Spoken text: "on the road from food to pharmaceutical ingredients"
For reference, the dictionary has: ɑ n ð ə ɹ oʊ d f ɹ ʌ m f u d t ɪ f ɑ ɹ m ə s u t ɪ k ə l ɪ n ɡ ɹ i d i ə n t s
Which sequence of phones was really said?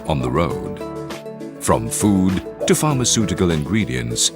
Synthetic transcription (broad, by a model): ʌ n ð ə ɹ oʊ d f ɹ ʌ m f u d t ɪ f ɑ ɹ m ə s u t ɪ k ə l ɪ n ɡ ɹ i d i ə n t s